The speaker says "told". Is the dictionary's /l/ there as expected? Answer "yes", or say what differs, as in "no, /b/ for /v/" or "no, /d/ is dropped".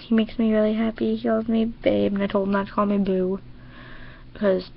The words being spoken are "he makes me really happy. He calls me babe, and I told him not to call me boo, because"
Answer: yes